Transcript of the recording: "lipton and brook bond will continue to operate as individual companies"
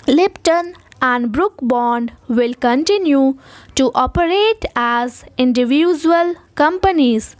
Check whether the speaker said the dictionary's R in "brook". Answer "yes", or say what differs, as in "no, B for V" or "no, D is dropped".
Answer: yes